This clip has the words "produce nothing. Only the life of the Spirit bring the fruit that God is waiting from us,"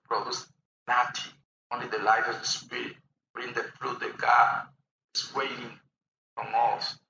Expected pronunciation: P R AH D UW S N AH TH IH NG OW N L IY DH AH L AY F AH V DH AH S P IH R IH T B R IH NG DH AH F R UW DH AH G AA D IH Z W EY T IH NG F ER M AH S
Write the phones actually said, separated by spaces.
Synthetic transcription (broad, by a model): P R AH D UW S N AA T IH OW N L IY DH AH L AY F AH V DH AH S P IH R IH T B R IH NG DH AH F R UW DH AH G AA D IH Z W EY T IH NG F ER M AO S